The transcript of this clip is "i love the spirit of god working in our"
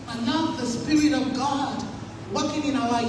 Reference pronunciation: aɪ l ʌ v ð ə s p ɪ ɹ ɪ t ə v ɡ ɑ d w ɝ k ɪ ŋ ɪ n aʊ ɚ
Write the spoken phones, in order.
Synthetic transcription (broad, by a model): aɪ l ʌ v ð ə s p ɪ ɹ ɪ t ə v ɡ ɑ d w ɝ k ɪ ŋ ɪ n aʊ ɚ